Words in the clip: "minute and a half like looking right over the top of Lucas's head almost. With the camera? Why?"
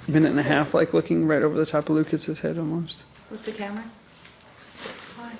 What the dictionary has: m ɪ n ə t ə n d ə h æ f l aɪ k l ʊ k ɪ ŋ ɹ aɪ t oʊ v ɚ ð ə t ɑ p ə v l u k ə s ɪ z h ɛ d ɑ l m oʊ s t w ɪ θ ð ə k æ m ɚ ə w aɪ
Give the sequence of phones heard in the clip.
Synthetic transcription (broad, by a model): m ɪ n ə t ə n ə h æ f l aɪ k l ʊ k ɪ ŋ ɹ aɪ t oʊ v ɚ ð ə t ɑ p ə v l u k ə s ɪ z h ɛ d ɑ l m oʊ s t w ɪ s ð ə k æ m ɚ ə